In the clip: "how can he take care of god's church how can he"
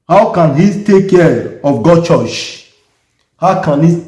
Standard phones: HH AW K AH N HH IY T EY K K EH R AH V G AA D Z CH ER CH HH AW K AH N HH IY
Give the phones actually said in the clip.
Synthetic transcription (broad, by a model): HH AW K AH N HH IY T EY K K EH R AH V G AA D CH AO CH HH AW K AH N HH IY